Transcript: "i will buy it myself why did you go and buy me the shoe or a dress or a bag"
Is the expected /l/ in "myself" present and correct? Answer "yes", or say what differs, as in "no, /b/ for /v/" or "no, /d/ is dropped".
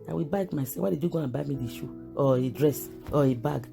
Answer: no, /l/ is dropped